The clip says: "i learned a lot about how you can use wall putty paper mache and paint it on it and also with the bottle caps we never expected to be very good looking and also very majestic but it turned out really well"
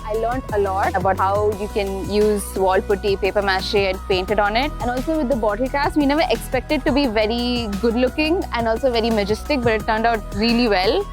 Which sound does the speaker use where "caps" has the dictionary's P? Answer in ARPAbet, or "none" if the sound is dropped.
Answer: none